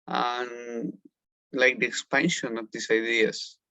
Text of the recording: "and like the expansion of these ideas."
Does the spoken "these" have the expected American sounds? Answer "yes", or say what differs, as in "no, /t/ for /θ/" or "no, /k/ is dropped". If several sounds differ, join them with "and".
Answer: no, /s/ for /z/